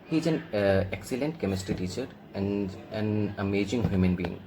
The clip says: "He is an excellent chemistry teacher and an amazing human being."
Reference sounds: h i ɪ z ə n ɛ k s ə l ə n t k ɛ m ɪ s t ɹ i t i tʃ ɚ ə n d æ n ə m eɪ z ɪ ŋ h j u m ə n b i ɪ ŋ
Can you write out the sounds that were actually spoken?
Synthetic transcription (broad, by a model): h i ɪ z ə n ɛ k s ə l ə n t k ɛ m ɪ s t i t i tʃ ɚ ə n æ n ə m eɪ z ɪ ŋ h j u m ə n b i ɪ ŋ